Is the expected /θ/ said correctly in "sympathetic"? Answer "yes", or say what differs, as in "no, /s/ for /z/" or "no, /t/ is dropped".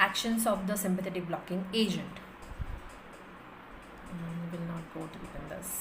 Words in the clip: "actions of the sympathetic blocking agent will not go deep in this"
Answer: no, /t/ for /θ/